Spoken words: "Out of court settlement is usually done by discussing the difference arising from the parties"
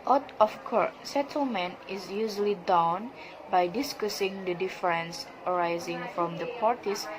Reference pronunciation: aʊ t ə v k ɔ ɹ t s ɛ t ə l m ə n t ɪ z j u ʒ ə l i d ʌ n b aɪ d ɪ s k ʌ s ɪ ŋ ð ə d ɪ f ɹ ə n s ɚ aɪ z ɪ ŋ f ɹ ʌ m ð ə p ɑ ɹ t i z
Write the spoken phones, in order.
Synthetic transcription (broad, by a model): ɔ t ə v k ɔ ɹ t s ɛ t ə l m ə n t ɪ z j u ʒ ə l i d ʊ n b aɪ d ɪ s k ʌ s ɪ ŋ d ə d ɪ f ɹ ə n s ɚ aɪ z ɪ ŋ f ɹ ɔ m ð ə p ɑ ɹ t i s